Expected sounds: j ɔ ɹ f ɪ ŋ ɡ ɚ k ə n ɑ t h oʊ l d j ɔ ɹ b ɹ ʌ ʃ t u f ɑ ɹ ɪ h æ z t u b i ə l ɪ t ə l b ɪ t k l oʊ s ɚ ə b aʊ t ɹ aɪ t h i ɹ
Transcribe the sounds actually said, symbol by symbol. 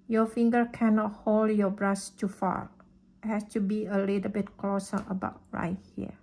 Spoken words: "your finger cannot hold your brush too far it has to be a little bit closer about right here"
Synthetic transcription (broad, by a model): j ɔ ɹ f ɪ ŋ ɡ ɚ k ə n ɑ t h oʊ l d j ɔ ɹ b ɹ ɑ s t u f ɑ ɹ h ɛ s t u b i ə l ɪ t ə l b ɪ t k l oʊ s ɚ ə b aʊ t ɹ aɪ t h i